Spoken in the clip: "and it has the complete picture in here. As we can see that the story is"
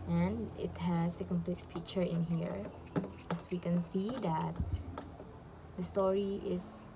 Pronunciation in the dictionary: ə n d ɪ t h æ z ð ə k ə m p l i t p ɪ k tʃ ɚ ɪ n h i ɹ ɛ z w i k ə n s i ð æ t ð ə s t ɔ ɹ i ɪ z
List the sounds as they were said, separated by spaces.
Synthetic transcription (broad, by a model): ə n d ɪ t h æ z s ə k ə m p l i t f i tʃ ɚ ɪ n h i ɹ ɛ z w i k ə n s i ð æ t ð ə s t ɔ ɹ i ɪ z